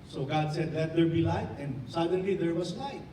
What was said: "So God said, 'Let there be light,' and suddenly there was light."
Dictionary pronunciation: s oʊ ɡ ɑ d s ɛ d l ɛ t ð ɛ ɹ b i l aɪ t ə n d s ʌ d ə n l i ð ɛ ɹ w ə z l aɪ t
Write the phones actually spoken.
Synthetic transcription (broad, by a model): s oʊ ɡ ɑ d s ɛ d l ɛ t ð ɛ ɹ b i l aɪ t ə n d s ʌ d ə n l i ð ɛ ɹ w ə s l aɪ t